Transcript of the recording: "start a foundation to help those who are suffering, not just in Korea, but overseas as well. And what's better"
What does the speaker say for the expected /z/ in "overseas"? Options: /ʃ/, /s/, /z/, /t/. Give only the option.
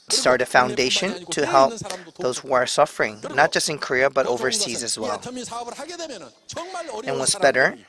/z/